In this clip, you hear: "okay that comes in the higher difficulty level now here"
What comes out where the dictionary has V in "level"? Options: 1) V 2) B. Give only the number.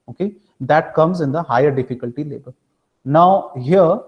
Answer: 2